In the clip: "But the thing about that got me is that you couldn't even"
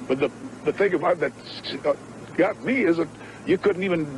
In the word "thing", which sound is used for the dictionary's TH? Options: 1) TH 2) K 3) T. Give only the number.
1